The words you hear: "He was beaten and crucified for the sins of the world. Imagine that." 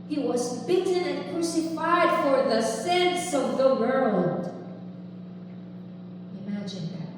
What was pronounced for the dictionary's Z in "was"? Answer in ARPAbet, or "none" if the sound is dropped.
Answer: Z